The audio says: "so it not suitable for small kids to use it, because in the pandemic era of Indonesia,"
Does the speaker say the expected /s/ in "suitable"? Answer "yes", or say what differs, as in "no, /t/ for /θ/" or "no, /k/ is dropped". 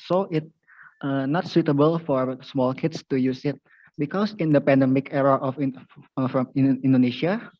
yes